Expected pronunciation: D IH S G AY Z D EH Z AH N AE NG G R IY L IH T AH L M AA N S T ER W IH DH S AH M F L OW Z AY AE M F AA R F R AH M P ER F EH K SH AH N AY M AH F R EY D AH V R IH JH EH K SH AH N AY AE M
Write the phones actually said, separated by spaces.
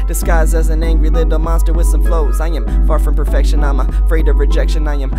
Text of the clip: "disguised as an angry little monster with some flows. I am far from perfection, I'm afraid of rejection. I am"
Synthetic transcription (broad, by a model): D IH S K AY Z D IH Z AH N AE NG G R IY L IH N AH M AA N S T ER W IH DH S AH M F L OW Z AY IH M F AA R F R AH M P ER F EH K SH AH N AY M AH F R EY D AH V R IH JH EH K SH AH N AY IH M